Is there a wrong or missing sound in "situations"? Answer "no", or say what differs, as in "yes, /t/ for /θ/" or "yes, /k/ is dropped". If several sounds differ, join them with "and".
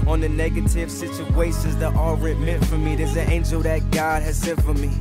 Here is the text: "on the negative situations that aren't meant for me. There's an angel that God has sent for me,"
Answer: yes, /s/ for /ʃ/ and /n/ is dropped